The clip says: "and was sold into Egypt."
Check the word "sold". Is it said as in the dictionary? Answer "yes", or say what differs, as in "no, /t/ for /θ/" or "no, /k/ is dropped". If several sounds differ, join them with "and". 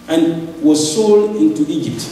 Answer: yes